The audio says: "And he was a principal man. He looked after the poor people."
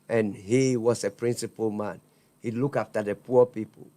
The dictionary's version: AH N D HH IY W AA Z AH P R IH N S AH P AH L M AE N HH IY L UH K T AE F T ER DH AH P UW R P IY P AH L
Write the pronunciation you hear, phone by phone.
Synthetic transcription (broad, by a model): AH N HH IY W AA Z AH P R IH N S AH P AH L M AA N HH IY L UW K AA F T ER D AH P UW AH P IY P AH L